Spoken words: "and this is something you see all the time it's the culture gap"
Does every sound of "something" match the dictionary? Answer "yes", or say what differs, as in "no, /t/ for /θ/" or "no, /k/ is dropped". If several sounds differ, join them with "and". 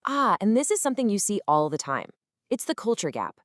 yes